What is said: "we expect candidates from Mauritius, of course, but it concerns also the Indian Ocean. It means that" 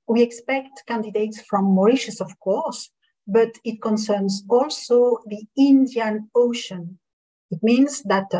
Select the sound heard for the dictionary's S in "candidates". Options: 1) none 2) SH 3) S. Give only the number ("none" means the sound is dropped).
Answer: 3